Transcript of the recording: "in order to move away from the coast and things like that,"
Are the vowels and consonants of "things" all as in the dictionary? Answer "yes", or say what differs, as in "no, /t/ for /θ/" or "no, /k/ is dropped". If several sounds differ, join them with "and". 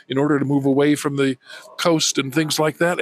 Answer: yes